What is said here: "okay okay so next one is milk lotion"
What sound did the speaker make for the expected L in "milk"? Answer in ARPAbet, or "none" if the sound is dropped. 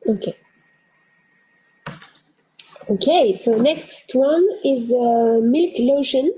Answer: L